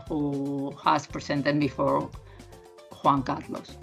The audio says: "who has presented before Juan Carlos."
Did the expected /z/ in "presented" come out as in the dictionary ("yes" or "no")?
no